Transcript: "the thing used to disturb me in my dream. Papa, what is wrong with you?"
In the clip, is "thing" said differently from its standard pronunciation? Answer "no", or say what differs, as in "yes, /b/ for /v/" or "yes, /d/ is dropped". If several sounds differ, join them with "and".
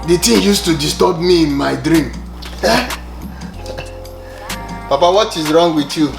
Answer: yes, /t/ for /θ/